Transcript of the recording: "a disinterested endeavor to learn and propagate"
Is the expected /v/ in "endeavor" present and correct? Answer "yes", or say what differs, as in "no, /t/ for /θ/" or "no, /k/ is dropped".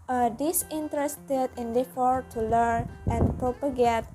no, /f/ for /v/